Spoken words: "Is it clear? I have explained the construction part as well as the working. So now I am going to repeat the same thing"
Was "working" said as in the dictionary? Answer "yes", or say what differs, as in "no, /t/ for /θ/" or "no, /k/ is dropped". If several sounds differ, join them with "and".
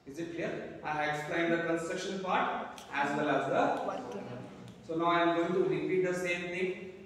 no, /k/ is dropped